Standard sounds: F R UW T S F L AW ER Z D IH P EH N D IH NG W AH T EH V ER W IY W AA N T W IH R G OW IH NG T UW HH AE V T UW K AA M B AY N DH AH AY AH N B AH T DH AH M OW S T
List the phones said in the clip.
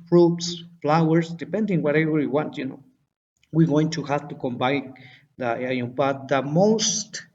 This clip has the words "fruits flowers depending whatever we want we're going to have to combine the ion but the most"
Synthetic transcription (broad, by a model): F R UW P S F L AW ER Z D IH P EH N D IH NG W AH T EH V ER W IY W AA N T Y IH W G OW IH NG T UW HH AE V T UW K AA M B AY N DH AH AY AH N B AH T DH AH M OW S T